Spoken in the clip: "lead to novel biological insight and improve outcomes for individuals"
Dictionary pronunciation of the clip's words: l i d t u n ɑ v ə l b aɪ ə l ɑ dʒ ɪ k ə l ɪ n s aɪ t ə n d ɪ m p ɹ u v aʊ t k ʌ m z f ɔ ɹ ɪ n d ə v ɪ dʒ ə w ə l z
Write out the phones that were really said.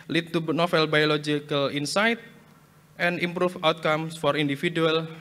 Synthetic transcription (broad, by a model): l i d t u n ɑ f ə l b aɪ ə l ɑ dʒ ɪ k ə l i n s aɪ t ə n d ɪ m p ɹ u f aʊ t k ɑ m s f ɔ ɹ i n d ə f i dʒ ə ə l